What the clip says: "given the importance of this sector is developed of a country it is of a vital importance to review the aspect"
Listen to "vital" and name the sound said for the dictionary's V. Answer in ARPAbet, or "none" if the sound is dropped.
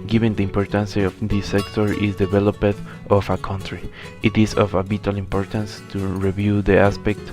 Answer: B